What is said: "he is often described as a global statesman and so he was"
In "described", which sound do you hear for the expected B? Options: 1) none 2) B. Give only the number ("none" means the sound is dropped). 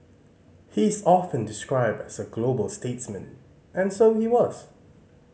2